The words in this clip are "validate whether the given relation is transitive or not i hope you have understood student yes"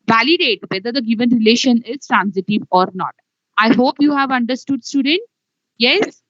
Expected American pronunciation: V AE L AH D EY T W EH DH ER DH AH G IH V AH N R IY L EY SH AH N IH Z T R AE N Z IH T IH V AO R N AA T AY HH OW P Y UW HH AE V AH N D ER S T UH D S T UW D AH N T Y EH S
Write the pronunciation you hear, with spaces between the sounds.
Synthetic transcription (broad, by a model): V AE L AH D EY T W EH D ER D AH G IH V AH N R IY L EY SH AH N IH Z T R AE N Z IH T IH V AO R N AA T AY HH OW P Y UW HH AE V AH N D ER S T UH D S T UW D AH N T Y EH S